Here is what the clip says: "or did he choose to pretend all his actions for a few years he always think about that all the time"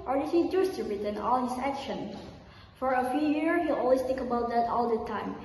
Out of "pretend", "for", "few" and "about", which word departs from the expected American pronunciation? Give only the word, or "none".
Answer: pretend